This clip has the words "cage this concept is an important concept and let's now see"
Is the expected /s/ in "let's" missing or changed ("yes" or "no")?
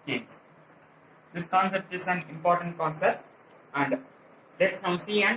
no